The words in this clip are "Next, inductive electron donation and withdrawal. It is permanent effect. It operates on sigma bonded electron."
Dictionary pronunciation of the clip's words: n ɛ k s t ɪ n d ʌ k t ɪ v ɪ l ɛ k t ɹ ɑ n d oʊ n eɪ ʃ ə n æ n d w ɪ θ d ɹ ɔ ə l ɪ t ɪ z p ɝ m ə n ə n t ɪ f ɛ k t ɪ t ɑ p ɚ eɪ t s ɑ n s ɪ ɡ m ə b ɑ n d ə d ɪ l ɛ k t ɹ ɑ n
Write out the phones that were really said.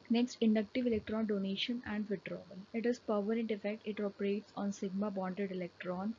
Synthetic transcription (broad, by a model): n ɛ k s t ɪ n d ʌ k t ɪ v ɪ l ɛ k t ɹ ɑ n d oʊ n eɪ ʃ ə n æ n d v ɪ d ɹ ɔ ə l ɪ t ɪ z p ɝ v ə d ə n t ɪ f ɛ k t ɪ t ɑ p ɚ eɪ t s ɑ n s ɪ ɡ m ə b ɑ n d ə d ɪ l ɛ k t ɹ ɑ n